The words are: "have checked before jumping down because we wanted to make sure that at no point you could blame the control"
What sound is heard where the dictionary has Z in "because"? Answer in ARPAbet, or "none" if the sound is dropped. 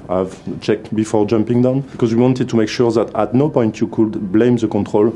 Z